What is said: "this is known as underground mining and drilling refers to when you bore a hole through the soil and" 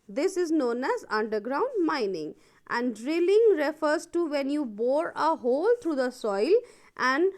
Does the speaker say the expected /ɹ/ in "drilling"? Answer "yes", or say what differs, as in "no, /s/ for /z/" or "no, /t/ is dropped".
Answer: yes